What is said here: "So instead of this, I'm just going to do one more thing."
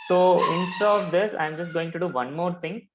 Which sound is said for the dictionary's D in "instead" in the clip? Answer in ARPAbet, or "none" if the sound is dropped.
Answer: none